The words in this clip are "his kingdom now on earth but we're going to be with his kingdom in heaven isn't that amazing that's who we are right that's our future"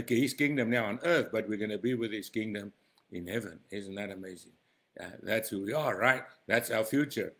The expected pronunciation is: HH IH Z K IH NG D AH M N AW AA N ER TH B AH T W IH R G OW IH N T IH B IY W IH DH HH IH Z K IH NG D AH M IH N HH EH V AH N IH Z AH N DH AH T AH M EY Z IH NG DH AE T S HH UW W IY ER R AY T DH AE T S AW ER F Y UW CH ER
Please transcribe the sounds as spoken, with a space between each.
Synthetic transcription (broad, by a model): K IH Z K IH NG D AH M N AW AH N ER TH B AH T W IH R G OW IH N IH B IY W IH DH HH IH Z K IH NG D AH M IH N HH EH V AH N IH Z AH N DH AH T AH M EY Z IH NG DH AE T S HH UW W IY ER R AY T DH AE T S AW ER F Y UW CH ER